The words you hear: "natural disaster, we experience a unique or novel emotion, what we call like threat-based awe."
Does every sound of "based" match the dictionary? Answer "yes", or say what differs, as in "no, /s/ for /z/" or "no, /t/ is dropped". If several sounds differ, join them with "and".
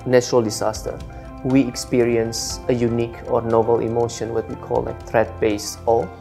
no, /t/ is dropped